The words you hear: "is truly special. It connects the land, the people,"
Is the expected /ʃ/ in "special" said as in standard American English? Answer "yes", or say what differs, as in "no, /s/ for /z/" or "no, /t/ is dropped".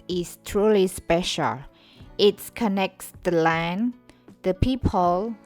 yes